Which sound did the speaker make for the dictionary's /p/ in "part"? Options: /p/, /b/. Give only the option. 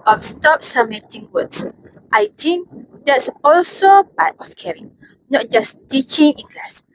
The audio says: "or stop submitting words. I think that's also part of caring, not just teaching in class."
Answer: /b/